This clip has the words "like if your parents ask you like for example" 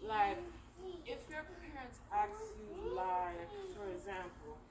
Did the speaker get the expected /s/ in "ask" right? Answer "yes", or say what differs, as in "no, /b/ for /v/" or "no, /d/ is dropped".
no, /s/ is dropped